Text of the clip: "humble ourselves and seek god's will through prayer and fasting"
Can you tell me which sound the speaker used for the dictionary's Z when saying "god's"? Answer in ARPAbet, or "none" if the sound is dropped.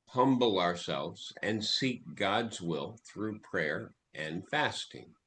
Z